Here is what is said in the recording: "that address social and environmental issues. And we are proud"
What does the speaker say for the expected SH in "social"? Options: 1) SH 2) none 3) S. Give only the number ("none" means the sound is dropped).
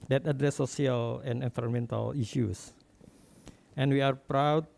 2